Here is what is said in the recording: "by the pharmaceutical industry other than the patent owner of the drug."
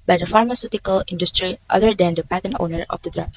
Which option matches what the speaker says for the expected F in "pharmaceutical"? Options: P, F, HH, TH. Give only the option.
F